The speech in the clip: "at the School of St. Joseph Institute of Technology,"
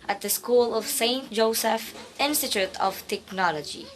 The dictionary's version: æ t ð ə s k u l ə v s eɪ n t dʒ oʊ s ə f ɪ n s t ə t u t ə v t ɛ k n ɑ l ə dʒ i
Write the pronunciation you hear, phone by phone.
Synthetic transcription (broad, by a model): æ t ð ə s k u l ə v s eɪ n t dʒ oʊ s ə f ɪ n s t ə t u t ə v t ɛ k n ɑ l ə dʒ i